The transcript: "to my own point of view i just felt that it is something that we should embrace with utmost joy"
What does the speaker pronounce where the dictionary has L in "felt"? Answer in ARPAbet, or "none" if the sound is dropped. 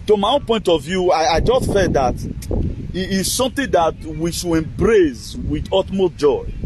none